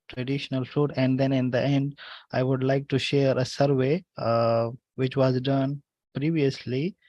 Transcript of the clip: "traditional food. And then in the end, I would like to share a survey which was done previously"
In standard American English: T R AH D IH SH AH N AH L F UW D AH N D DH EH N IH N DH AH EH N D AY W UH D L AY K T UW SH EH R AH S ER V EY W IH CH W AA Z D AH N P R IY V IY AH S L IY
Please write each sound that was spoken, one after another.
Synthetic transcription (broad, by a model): T R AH D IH SH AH N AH L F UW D AH N D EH N IH N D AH EH N D AY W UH D L AY K T UW SH EH R AH S ER V EY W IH CH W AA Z D AH N P R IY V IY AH S L IY